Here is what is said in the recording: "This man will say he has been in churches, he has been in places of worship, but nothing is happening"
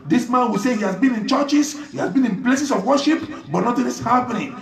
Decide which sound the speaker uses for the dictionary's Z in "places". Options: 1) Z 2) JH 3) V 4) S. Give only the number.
4